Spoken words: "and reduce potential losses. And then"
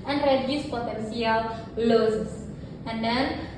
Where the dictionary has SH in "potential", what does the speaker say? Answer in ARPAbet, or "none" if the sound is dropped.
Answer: S